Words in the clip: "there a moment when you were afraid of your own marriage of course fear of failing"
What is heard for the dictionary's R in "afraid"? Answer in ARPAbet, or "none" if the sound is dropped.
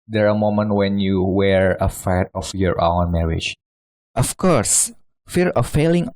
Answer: none